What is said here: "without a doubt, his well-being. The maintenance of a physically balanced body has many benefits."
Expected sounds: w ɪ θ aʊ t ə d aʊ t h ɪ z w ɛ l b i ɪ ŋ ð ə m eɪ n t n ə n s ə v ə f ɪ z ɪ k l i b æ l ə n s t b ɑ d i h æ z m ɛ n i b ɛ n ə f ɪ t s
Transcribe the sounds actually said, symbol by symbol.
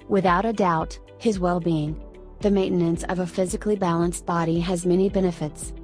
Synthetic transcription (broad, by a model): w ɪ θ aʊ t ə d aʊ t h ɪ z w ɛ l b i ɪ ŋ ð ə m eɪ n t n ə n s ə v ə f ɪ z ɪ k l i b æ l ə n s t b ɑ d i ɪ z m ɛ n i b ɛ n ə f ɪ t s